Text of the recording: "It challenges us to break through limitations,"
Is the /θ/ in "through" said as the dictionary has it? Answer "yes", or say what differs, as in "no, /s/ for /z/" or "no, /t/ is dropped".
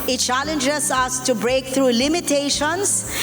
no, /t/ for /θ/